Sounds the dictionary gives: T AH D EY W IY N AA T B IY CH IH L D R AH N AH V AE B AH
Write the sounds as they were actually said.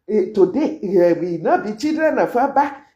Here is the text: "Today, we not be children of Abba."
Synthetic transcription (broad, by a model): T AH D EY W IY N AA B IY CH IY D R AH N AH F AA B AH